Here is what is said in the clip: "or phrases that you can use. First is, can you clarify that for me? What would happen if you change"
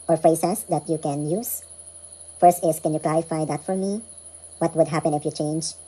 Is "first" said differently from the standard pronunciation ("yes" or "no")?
no